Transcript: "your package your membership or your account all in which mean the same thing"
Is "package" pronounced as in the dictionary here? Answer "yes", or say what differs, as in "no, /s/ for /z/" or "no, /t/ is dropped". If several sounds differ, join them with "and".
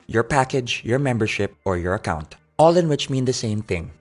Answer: yes